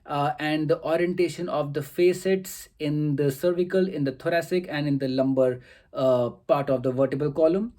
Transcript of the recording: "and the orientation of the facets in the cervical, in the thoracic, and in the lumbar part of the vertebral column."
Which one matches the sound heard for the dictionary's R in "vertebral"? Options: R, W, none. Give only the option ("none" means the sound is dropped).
none